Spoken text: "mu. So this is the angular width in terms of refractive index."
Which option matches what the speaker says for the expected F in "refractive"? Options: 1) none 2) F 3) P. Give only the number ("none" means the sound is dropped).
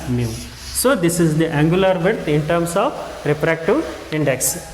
3